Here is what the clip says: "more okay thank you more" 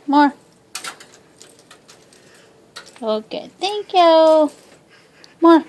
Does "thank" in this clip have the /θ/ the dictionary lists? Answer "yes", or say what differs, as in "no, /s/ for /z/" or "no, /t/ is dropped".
no, /t/ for /θ/